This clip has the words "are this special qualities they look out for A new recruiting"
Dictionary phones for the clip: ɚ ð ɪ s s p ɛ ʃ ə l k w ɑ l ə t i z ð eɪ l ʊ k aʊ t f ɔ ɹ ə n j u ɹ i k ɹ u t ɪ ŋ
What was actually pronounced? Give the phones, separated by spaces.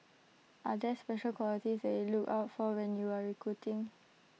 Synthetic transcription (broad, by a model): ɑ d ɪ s s p ɛ ʃ ə l k w ɑ l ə t i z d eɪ l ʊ k aʊ t f ɔ w ə n j u ɹ i k ɹ u t ɪ ŋ